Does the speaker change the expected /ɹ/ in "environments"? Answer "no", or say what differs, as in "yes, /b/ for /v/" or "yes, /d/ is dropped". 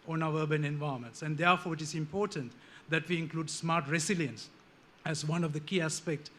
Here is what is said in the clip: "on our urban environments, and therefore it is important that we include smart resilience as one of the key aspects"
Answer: yes, /ɹ/ is dropped